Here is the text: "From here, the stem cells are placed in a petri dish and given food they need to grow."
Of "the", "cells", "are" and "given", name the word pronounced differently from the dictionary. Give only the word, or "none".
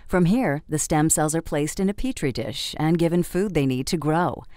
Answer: none